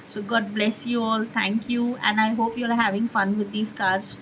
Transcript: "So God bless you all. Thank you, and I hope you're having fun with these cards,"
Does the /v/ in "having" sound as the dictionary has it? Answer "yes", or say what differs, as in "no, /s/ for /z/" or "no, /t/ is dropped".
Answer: yes